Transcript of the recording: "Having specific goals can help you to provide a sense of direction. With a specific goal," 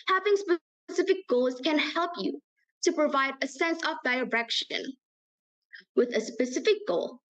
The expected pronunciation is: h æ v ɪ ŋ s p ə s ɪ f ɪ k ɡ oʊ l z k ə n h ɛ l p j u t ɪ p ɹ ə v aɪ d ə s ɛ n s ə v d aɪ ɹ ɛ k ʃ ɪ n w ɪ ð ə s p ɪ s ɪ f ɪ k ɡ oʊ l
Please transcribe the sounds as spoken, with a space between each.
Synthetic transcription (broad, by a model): h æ v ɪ ŋ s p ə s ɪ f ɪ k ɡ oʊ l z k ə n h ɛ l p j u t ɪ p ɹ ə v aɪ d ə s ɛ n s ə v d aɪ ɹ ɛ k ʃ ɪ n w ɪ ð ə s p ɪ s ɪ f ɪ k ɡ oʊ l